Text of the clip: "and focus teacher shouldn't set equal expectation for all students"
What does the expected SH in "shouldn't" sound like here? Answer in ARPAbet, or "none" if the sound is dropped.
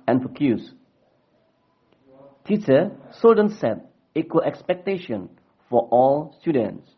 S